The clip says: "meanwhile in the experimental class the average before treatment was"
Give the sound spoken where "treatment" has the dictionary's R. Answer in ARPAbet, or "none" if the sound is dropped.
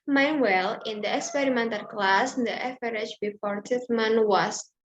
none